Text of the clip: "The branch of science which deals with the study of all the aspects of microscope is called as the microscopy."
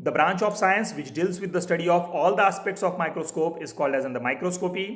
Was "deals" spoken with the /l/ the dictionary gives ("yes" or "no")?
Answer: yes